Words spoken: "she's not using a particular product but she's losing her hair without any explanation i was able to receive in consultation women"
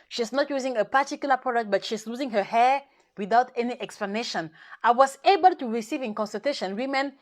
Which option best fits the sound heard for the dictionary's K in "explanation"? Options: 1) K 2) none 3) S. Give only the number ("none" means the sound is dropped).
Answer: 1